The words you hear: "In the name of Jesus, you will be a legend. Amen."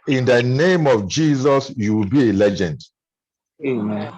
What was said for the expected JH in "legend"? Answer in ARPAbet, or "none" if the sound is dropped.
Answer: JH